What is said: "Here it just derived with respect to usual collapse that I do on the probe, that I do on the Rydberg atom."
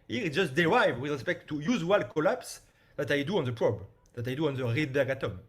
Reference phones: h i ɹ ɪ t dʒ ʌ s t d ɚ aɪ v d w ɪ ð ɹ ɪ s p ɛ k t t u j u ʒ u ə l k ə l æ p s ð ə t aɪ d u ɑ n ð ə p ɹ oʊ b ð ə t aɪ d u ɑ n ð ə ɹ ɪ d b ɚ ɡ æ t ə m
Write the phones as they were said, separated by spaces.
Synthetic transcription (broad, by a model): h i ɪ t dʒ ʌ s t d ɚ aɪ v w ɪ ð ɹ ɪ s p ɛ k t t u j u z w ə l k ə l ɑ p s ð ə t aɪ d u ɑ n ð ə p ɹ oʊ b ð ə t aɪ d u ɑ n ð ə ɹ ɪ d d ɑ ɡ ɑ t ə m